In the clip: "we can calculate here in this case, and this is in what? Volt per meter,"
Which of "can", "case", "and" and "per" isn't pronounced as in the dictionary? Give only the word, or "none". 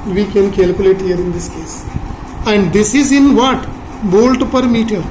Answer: none